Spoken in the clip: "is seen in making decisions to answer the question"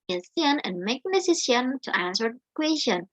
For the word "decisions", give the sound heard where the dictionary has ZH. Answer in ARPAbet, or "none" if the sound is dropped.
S